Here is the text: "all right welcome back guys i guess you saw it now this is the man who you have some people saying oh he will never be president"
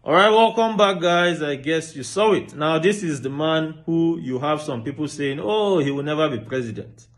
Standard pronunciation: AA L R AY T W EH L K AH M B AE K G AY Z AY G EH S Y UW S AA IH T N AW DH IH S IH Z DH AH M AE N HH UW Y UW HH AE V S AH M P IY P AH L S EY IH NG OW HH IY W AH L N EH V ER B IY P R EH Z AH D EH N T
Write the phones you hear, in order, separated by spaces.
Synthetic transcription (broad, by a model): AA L R AY T W EH L K AH M B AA K G AY Z AY G EH S Y UW S AA IH T N AW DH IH S IH Z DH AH M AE N HH UW Y UW HH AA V S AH M P IY P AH L S EY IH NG OW HH IY W AH L N EH V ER B IY P R EH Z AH D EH N T